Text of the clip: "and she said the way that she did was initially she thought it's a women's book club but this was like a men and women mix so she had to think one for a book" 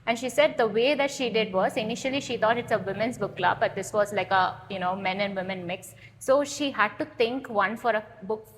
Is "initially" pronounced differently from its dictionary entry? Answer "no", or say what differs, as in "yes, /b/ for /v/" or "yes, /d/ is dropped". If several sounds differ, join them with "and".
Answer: no